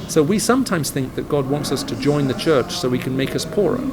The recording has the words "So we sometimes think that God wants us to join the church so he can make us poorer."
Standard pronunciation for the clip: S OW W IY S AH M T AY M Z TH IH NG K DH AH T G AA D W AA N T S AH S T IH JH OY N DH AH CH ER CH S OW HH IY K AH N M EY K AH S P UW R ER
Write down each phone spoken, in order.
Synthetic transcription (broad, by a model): S OW W IY S AH M T AY M Z TH IH NG K DH AH T G AA D W AA N T S AH S T IH JH OY N DH AH CH ER CH S OW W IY K AH N M EY K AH S P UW R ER